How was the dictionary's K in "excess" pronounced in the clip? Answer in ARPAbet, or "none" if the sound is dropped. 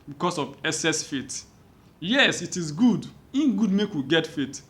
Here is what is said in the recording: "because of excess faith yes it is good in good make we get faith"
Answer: none